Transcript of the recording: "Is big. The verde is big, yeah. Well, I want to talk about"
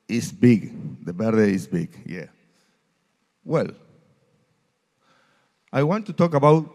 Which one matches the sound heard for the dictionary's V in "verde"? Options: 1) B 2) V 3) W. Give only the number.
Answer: 1